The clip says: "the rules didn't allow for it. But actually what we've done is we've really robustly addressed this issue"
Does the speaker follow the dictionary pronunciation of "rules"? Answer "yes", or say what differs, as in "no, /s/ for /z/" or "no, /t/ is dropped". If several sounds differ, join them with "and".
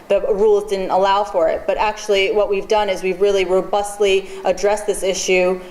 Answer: yes